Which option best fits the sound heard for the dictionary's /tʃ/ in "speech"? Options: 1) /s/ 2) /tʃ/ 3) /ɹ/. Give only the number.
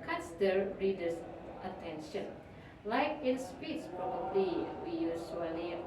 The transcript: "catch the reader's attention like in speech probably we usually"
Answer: 1